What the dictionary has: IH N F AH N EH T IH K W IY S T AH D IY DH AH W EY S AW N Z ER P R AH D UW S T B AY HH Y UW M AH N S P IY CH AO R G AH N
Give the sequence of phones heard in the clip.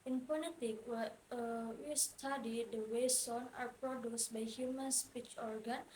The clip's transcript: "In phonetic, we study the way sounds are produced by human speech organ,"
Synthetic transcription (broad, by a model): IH N P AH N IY T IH K W IY S T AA D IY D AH W EY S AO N AA P R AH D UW S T B AY HH Y UW M AH N S P IY CH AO R G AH N